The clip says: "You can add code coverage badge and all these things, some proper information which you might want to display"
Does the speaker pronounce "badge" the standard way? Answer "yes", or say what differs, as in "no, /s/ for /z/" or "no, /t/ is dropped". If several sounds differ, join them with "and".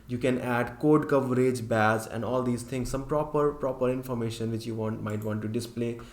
no, /z/ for /dʒ/